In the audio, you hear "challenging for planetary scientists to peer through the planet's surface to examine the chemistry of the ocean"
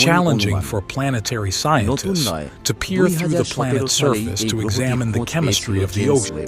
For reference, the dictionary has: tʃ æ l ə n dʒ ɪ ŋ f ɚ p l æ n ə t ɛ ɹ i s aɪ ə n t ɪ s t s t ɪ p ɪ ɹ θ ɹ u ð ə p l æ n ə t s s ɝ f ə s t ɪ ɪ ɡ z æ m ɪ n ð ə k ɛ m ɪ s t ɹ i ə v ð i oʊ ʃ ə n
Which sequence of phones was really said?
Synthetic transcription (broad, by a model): tʃ æ l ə n dʒ ɪ ŋ f ɚ p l æ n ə t ɛ ɹ i s aɪ ə n t ɪ s t s t ɪ p ɪ ɹ θ ɹ u ð ə p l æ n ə t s s ɝ f ə s t ɪ ɪ ɡ z æ m ɪ n ð ə k ɛ m ɪ s t ɹ i ə v ð i oʊ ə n